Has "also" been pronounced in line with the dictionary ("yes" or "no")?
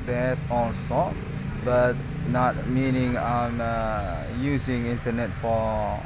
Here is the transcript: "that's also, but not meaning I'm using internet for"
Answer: no